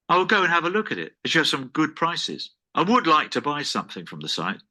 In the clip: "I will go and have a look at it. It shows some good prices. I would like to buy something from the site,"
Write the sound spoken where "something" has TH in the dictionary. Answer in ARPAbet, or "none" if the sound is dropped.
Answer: TH